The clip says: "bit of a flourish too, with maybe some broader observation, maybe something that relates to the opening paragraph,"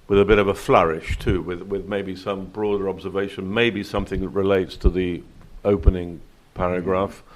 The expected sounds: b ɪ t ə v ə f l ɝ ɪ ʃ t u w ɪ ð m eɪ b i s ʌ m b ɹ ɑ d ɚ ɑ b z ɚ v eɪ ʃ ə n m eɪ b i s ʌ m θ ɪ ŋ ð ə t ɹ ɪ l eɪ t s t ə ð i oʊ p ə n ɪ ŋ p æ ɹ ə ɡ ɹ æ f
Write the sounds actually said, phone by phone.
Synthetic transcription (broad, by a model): b ɪ t ə v ə f l ɝ ɪ ʃ t u w ɪ ð m eɪ b i s ʌ m b ɹ ɑ d ɚ ɑ b z ɚ v eɪ ʃ ə n m eɪ b i s ʌ m θ ɪ ŋ ð ə t ɹ ɪ l eɪ t s t ə ð i oʊ p ə n ɪ ŋ p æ ɹ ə ɡ ɹ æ f